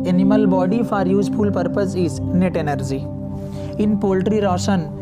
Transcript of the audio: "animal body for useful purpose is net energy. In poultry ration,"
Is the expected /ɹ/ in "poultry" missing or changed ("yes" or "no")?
no